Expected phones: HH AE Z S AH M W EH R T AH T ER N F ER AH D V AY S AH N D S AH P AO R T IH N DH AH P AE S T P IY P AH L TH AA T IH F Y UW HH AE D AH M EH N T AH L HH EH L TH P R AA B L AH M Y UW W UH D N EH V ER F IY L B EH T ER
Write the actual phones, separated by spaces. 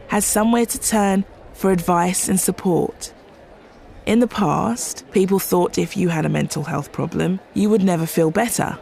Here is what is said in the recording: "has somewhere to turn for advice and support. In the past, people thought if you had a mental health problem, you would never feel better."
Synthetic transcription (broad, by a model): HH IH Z S AH M W EH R T AH T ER N F ER AH D V AY S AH N S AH P AO R T IH N DH AH P AE S T P IY P AH L TH AA T IH F Y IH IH D AH M EH N T L HH EH L TH P R AA B L AH M Y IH W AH D N EH V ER F IY L B EH T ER